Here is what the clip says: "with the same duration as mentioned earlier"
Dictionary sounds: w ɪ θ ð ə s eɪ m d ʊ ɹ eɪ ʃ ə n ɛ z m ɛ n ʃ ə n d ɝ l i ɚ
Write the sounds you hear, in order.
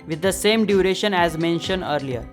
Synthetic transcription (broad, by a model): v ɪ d ə s eɪ m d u ɹ eɪ ʃ ə n ɛ z m ɛ n ʃ ə n d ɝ l i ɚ